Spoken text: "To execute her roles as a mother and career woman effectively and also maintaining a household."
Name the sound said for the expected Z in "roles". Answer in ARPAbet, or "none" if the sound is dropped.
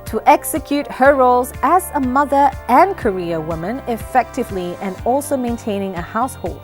Z